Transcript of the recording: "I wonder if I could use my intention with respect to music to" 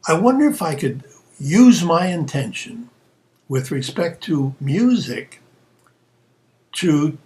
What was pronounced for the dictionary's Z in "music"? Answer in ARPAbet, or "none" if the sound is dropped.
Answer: Z